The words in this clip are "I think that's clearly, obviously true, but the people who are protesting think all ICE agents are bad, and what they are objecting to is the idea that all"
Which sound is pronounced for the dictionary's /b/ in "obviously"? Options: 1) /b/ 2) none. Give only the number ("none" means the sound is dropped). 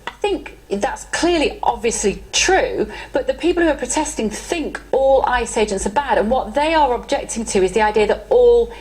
1